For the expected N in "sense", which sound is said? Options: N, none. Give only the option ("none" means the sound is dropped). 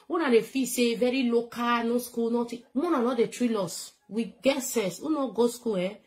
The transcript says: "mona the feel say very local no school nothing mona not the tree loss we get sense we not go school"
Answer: none